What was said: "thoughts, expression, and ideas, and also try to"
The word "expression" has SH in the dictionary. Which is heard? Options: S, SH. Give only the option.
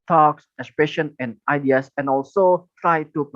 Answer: SH